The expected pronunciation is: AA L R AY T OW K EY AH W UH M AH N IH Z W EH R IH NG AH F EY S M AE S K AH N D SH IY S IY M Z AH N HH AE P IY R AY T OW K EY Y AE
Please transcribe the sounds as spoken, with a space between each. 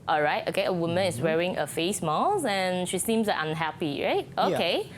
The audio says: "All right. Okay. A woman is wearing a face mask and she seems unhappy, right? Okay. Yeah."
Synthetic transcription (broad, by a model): AA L R AY T OW K EY AH W UH M AH N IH S W EH R IH NG AH F EY S M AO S AH N SH IY S IY M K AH N HH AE P IY R AY T OW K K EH